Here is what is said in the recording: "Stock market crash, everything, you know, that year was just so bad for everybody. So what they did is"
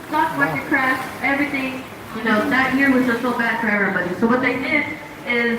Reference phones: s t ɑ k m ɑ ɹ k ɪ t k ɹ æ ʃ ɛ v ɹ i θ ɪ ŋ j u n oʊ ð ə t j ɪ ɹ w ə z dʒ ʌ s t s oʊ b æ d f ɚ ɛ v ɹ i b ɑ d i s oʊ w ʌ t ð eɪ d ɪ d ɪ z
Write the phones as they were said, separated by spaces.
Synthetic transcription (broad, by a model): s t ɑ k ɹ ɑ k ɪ k ɹ æ ʃ ɛ v ɹ i θ ɪ ŋ j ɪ n oʊ ð ə t j ɪ ɹ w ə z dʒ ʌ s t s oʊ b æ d f ɚ ɛ v ɹ i b ɑ d i s oʊ w ʌ t ð eɪ d ɪ d ɪ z